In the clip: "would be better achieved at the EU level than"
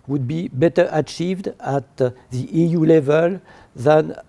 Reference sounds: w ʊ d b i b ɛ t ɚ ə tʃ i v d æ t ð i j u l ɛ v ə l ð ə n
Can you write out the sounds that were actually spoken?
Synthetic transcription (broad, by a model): w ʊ d b i b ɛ t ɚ ə tʃ i v d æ t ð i j u l ɛ v ə l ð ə n